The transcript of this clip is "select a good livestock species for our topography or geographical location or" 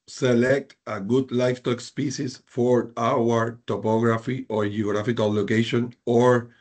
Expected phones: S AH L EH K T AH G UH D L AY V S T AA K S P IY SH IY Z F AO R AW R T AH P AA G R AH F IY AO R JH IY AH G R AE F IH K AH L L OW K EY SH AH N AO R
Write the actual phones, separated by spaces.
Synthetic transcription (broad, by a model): S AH L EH K T AH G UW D L AY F T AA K S P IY S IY S F AO R AW R T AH P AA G R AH F IY AO R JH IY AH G R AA F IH K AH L L OW K EY SH AH N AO R